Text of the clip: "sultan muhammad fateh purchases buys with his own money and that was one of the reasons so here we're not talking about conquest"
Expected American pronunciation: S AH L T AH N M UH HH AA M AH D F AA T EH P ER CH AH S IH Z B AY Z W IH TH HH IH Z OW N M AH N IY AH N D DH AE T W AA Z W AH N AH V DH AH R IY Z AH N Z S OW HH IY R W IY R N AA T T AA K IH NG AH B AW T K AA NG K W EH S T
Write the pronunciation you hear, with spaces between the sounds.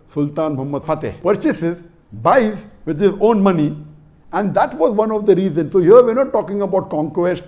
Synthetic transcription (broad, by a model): S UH L T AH N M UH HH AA M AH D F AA T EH P ER CH AH S IH Z B AY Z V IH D HH IH Z OW N M AH N IY AH N D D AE T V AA Z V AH N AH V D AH R IY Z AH N S OW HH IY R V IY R N AA T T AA K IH NG AH B AW T K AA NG K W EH S T